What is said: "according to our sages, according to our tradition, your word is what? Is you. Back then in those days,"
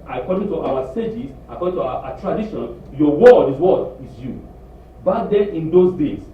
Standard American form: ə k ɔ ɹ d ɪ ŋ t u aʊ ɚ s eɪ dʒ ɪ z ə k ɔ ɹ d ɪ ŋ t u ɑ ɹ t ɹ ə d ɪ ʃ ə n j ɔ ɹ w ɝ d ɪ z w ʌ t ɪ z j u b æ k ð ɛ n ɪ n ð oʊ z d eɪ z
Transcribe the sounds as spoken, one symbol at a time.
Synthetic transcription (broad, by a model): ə k ɔ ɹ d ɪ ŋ t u aʊ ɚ s eɪ dʒ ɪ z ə k ɔ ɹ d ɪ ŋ t u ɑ t ɹ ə d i ʃ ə n j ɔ w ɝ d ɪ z w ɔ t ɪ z j u b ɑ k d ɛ ɪ n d oʊ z d eɪ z